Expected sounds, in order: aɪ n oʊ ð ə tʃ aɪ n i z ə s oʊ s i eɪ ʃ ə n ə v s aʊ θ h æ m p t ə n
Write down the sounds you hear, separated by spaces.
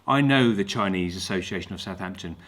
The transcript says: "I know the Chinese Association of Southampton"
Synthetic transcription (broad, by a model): aɪ n oʊ ð ə tʃ aɪ n i z ə s oʊ s i eɪ ʃ ə n ə v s aʊ θ h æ m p t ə n